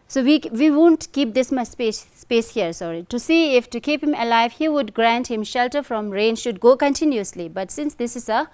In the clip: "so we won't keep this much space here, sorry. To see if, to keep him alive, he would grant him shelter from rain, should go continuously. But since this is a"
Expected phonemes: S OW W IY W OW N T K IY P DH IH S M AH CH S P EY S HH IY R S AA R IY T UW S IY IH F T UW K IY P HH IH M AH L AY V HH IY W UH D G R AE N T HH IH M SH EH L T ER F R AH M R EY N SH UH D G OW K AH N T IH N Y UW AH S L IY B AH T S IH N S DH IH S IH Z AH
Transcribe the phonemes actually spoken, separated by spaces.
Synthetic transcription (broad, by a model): S OW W IY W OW N T K IY P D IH S M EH S S P EY S HH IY R S AA R IY T UW S IY IH F T UW K IY P HH IH M AH L AY V HH IY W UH D G R AE N T HH IH M SH EH L T ER F R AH M R EY N SH UH D G OW K AH N T IH N Y UW AH S L IY B AH T S IH N S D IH S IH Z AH